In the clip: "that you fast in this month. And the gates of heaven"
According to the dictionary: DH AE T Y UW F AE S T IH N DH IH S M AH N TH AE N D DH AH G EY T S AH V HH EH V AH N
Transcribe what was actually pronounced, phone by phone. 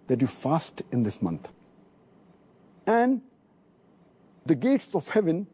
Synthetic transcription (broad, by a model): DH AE T Y UW F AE S T IH N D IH S M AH N T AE N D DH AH G EY T S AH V HH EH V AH N